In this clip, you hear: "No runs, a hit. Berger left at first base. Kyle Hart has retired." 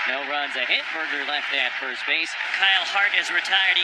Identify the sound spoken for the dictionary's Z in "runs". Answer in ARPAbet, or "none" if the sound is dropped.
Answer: Z